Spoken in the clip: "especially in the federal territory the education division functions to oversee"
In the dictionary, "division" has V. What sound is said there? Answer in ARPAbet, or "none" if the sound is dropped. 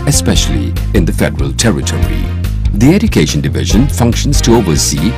V